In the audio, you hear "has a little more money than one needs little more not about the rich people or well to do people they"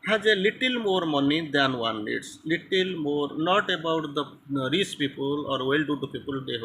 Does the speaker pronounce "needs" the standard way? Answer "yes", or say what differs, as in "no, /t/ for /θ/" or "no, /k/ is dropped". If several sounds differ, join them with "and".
no, /l/ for /n/